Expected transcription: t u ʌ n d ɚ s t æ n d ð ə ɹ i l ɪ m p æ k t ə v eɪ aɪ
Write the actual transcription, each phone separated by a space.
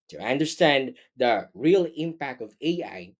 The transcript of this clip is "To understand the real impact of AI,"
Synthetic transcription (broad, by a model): t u ʌ n d ɚ s t æ n d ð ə ɹ i l ɪ m p æ k t ə v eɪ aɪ